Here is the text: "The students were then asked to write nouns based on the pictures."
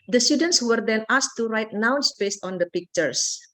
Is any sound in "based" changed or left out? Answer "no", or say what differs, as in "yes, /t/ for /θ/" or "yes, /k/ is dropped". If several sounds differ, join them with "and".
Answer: no